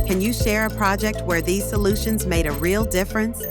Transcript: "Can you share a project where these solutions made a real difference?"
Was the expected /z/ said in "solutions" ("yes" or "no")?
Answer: yes